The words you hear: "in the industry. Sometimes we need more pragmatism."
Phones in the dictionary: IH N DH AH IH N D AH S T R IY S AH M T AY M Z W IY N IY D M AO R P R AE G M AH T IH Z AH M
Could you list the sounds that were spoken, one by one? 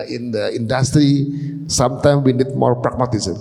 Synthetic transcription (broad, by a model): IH N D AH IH N D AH S T R IY S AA M T AY M W IY N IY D M AO R P R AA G M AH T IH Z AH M